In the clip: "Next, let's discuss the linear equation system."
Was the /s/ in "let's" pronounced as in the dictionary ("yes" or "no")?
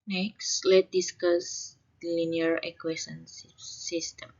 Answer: no